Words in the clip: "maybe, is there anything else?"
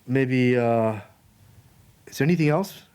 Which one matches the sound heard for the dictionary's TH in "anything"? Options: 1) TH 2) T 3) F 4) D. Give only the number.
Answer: 1